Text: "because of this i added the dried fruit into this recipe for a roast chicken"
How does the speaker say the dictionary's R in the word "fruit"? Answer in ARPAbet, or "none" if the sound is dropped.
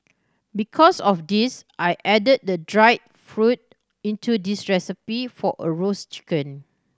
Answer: R